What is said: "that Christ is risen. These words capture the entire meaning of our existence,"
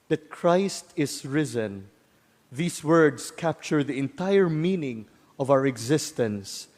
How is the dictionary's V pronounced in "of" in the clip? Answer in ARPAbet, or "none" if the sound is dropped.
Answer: V